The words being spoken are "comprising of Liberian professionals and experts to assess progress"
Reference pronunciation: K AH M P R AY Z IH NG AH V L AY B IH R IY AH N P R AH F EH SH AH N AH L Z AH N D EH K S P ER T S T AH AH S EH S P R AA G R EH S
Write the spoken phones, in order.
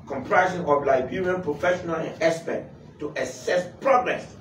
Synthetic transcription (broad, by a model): K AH M P R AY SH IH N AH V L AY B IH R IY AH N P R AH F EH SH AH N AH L AH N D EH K S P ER T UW T AH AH S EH S P R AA G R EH S